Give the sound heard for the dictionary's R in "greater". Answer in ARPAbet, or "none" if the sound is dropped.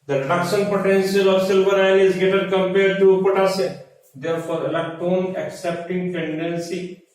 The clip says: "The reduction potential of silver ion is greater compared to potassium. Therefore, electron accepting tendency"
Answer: none